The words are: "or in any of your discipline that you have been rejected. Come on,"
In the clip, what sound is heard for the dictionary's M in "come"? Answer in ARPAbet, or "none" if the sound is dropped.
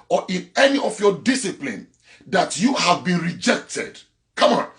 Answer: M